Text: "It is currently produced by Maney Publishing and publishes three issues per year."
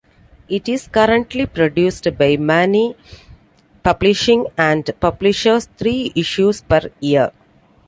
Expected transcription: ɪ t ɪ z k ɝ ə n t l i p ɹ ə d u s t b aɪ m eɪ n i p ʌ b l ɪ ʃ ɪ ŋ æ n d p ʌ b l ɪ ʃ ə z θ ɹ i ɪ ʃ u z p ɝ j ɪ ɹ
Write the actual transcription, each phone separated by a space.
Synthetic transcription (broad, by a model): ɪ t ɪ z k ɝ ə n t l i p ɹ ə d u s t b aɪ m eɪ n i p ʌ b l ɪ ʃ ɪ ŋ æ n d p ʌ b l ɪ ʃ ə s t ɹ i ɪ ʃ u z p ɝ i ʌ ɹ